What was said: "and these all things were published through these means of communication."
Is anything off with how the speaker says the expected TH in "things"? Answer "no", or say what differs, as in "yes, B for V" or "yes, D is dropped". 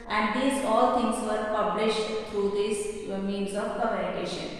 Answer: yes, T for TH